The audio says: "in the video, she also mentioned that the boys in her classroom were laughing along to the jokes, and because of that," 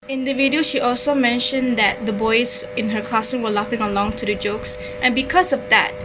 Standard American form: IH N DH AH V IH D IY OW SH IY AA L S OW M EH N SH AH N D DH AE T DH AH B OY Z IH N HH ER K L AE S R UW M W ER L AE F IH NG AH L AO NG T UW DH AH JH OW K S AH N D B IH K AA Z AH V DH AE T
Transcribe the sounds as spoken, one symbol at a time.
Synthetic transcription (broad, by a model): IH N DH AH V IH D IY OW SH IY AA L S OW M EH N SH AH N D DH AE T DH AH B OY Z IH N HH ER K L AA S IH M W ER L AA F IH NG AH L AO NG T UW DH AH JH OW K S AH N B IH K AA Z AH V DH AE T